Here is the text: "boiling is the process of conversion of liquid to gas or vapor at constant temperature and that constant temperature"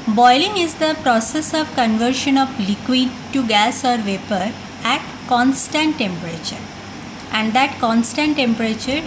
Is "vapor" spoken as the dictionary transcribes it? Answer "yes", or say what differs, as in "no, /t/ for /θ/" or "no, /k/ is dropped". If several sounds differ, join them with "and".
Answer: yes